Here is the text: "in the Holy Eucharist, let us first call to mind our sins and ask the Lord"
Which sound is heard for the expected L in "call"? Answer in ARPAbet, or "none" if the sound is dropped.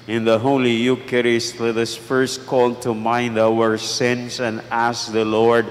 L